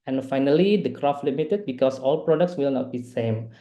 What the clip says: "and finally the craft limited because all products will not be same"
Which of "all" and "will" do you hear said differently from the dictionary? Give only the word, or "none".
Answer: none